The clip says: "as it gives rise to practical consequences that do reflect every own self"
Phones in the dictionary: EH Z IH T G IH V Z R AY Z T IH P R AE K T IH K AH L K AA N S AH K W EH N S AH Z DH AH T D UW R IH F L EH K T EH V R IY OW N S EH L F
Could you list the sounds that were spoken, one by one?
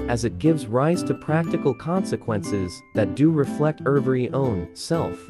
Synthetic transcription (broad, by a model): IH Z IH T G IH V Z R AY Z T IH P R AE K T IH K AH L K AA N S AH K W EH N S AH Z DH AH T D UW R IH F L EH K T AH V R IY OW N S EH L F